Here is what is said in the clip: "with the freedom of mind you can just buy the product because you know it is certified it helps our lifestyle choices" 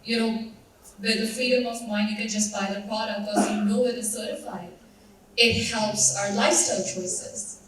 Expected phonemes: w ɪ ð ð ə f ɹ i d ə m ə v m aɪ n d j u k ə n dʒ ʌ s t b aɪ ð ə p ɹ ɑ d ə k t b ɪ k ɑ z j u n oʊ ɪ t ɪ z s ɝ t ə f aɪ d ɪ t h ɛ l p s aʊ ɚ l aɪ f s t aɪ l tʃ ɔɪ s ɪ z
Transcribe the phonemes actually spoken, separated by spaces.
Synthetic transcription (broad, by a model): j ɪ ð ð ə f ɹ i d ə m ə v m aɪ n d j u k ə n dʒ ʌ s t b aɪ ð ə p ɹ ɑ d ə k t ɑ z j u n oʊ ɪ t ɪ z s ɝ t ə f aɪ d ɪ t h ɛ l p s aʊ ɚ l aɪ f s t aɪ l tʃ ɔɪ s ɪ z